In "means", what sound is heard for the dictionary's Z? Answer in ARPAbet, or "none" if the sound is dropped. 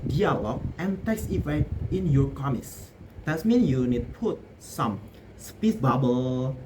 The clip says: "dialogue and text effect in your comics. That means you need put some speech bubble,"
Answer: none